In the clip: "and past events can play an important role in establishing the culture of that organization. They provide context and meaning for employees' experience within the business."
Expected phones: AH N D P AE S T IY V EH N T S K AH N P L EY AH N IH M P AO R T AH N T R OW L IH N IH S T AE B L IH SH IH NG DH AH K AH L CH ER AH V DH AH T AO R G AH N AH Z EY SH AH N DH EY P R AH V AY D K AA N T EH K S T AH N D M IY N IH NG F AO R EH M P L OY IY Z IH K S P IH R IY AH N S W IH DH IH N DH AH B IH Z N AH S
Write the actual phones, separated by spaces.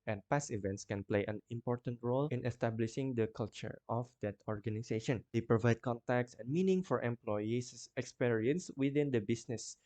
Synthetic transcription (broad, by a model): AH N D P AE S IY V EH N T S K AH N P L EY AH N IH M P AO R T AH N T R OW L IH N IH S T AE B L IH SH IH NG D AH K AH L CH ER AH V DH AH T AO R G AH N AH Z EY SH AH N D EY P R AH V AY D K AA N T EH K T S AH N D M IY N IH NG F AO R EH M P L OY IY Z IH K S P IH R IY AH N S W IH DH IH N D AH B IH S N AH S